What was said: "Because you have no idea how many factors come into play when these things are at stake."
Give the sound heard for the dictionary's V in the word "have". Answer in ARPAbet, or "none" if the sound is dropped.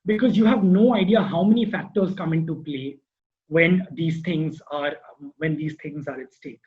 V